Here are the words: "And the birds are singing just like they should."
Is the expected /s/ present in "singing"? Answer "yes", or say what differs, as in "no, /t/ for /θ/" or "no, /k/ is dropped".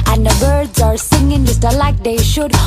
yes